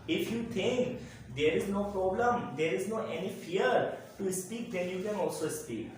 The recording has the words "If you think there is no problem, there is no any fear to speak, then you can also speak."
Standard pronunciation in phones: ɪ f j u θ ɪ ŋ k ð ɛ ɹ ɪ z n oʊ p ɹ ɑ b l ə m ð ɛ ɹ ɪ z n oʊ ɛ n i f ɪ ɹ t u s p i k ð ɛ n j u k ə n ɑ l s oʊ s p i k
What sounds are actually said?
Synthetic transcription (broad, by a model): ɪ f j u t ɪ ŋ k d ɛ ɹ ɪ z n oʊ p ɹ ɑ b l ə m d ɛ ɹ ɪ z n oʊ ɛ n i f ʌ ɹ t u s p i k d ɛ n j u k ə n ɑ l s oʊ s p i k